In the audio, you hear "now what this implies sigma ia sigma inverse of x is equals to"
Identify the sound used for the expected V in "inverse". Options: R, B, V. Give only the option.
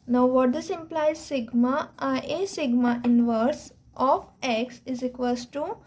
V